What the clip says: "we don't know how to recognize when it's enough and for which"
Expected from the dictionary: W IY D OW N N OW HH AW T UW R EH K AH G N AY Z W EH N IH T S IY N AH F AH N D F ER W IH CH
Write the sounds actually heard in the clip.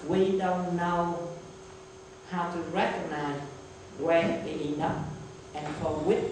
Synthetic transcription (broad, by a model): W IY D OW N N OW HH AW T UW R EH K AH G N AY Z W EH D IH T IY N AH P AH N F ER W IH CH